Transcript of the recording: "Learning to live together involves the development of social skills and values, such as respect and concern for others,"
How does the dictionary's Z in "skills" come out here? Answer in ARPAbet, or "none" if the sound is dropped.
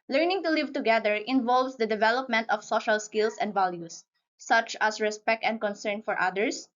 S